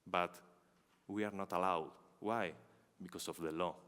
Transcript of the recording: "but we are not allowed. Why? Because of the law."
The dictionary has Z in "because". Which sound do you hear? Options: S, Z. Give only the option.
S